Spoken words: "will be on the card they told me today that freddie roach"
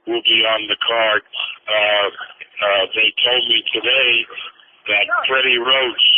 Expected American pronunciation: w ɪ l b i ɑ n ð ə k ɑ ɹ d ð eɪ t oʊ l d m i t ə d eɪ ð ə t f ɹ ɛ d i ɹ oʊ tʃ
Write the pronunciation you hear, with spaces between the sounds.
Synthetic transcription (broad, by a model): w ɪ l b i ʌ n ð ə k ɑ ɹ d ð eɪ t oʊ l d m i t ə d eɪ ð ə t p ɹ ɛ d i ɹ oʊ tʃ